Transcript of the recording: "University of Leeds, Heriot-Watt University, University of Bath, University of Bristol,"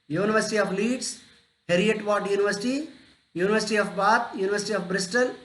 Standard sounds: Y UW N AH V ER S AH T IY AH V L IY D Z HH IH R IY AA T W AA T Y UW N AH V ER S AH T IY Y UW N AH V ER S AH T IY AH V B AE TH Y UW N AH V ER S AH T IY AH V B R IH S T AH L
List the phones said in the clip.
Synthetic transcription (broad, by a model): Y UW N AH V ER S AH T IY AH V L IY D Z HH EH R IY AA T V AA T Y UW N AH V ER S AH T IY Y UW N AH V ER S AH T IY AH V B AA T Y UW N AH V ER S AH T IY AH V B R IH S T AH L